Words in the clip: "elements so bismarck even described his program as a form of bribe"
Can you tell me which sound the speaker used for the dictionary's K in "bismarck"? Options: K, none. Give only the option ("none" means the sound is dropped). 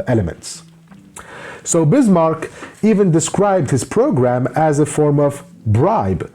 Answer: K